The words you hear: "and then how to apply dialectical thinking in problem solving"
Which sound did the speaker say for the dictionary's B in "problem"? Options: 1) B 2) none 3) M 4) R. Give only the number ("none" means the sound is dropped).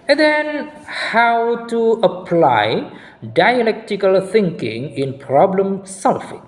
1